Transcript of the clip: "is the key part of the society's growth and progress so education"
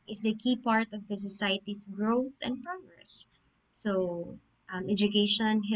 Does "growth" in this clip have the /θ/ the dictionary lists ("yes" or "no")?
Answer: yes